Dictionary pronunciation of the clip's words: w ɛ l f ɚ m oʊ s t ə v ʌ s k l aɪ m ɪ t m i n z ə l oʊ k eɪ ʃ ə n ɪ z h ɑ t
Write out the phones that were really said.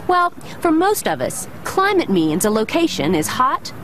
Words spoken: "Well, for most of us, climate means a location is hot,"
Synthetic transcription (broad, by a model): w ɛ l f ɚ m oʊ s t ə v ʌ s k l aɪ m ɪ t m i n z ə l oʊ k eɪ ʃ ə n ɪ z h ɑ t